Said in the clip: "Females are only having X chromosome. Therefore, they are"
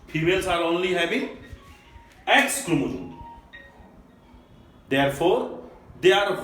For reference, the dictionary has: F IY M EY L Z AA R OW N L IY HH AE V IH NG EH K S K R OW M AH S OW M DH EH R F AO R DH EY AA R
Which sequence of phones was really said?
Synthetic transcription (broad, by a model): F IY M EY L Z AA R OW N L IY HH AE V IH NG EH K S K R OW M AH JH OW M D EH R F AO R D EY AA R